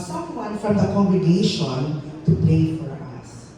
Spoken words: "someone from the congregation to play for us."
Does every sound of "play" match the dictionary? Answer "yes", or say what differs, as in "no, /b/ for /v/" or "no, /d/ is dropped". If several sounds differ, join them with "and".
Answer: no, /l/ is dropped